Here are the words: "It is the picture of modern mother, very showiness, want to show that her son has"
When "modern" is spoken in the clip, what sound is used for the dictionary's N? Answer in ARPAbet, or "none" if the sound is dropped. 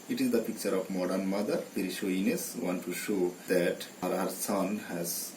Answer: N